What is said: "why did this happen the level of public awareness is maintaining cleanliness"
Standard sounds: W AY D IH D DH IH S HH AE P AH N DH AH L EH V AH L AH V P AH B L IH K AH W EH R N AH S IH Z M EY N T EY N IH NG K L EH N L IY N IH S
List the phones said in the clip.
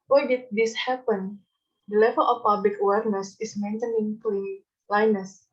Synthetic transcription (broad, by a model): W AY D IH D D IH S HH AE P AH N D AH L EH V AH L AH F P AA B L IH K AH W EH R N AH S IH S M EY N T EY N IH NG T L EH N L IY N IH S